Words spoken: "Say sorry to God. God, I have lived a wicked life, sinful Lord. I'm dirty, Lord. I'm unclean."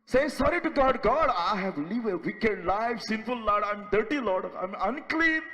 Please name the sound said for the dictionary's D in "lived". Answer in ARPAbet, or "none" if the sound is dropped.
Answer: none